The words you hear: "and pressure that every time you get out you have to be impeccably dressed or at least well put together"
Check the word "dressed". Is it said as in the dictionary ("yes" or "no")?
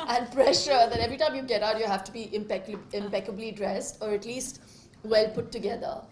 yes